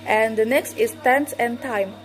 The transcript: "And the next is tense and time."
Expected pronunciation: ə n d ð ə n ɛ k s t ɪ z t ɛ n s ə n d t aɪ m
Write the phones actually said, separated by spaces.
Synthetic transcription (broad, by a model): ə n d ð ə n ɛ k s t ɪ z t ɛ n s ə n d t aɪ m